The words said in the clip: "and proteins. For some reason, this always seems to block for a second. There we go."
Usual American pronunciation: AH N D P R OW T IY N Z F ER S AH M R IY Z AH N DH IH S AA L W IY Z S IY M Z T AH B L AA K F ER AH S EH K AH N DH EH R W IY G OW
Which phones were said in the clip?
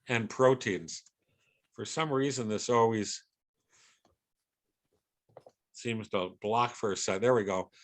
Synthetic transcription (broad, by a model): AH N P R OW T IY N Z F ER S AH M R IY Z AH N DH IH S AA L W IY Z S IY M Z T AH B L AA K F ER AH S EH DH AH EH R W IY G OW